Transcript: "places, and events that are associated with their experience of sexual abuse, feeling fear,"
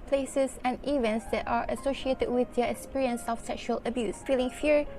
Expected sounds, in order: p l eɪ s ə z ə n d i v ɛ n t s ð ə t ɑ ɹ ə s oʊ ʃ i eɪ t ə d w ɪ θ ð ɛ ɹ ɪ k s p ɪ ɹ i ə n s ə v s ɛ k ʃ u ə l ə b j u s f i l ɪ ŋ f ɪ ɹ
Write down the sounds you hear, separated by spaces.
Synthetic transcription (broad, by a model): p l eɪ s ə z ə n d i v ɛ n t s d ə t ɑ ɹ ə s oʊ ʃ i eɪ t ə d w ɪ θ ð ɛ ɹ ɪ k s p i ɹ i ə n s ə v s ɛ k ʃ u ə l ə b j u s f i l ɪ ŋ f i ɹ